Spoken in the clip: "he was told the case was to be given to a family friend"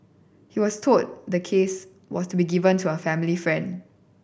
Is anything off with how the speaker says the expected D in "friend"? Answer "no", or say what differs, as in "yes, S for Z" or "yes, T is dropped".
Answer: no